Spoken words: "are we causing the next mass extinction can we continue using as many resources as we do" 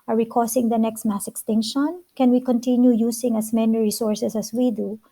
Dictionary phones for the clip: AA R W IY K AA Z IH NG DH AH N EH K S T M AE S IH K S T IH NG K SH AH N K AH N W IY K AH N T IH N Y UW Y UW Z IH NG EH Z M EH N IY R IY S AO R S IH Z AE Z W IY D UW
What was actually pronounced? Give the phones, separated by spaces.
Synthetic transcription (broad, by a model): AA R W IY K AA S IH NG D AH N EH K S T M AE S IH K S T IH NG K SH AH N K AH N W IY K AH N T IH N Y UW Y UW S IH NG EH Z M EH N IY R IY S AO R S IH S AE S W IY D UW